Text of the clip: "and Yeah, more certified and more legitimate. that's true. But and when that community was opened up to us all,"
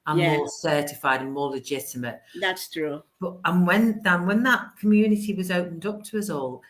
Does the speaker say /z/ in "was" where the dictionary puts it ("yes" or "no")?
yes